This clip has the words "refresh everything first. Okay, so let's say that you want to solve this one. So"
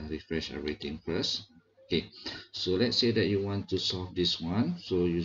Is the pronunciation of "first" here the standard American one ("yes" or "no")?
no